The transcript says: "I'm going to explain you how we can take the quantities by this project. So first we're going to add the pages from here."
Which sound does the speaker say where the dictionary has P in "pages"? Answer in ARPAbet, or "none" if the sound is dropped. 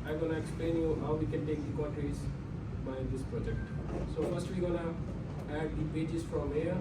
B